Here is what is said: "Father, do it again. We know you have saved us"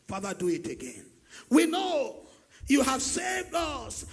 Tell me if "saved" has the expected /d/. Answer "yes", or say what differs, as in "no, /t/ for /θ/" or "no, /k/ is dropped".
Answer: yes